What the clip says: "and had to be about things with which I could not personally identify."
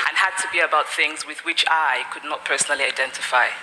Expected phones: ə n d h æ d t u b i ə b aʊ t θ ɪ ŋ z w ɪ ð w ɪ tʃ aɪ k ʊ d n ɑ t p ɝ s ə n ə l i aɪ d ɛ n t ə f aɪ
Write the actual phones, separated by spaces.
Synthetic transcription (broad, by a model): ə n h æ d t u b i ə b aʊ t θ ɪ ŋ z w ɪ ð w ɪ tʃ aɪ k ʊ d n ɑ t p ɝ s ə n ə l i aɪ d ɛ n t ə f aɪ